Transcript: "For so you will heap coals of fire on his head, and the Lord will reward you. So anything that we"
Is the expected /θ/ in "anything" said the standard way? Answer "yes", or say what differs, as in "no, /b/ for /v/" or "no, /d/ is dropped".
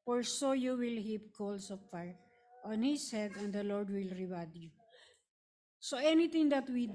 no, /t/ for /θ/